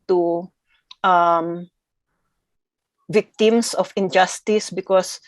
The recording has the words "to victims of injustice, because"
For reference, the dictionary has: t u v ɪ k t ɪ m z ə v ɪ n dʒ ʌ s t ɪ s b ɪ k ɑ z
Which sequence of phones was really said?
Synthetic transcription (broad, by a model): t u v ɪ k t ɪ m s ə f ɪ n dʒ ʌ s t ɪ s b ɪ k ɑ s